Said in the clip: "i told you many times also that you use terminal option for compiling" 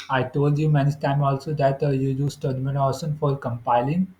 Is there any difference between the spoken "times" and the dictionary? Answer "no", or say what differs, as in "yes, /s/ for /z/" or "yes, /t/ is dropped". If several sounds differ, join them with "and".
yes, /z/ is dropped